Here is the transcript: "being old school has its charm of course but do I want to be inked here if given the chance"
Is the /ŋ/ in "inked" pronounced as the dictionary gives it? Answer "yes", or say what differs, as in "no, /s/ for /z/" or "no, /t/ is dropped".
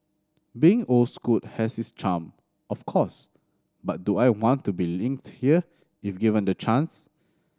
yes